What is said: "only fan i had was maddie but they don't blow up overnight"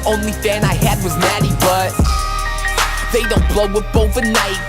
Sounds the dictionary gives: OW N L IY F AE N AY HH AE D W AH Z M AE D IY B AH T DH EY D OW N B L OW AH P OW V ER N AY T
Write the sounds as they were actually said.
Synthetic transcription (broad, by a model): OW N L IY F AE N AY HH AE D W AH Z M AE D IY B AH T DH EY D OW N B L OW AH B OW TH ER N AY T